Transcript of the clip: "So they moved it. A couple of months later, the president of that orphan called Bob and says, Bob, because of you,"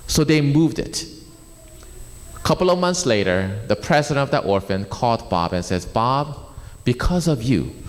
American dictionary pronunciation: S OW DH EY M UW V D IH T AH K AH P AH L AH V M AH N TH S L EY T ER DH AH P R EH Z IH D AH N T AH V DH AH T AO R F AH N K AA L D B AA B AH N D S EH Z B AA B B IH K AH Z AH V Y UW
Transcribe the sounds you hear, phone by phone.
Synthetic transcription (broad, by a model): S OW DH EY M UW V D IH T AH K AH P L AH V M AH N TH S L EY T ER DH AH P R EH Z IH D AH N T AH V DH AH T AO R F AH N K AA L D B AA B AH N S EH Z B AA B B IH K AH Z AH V Y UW